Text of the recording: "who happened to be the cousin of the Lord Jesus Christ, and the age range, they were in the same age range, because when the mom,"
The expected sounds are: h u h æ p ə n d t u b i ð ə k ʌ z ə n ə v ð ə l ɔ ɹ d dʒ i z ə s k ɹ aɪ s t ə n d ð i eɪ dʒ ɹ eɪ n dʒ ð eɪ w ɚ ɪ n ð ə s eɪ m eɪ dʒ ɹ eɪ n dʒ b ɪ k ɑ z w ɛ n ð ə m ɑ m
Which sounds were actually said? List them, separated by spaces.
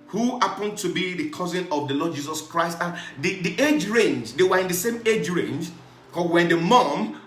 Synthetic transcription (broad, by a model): h u h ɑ p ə n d t u b i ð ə k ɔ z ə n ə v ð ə l ɔ d dʒ i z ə s k ɹ aɪ s t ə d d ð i eɪ dʒ ɹ eɪ n dʒ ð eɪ w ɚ ɪ n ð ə s eɪ m eɪ dʒ ɹ eɪ n dʒ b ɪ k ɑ w ɛ n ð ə m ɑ m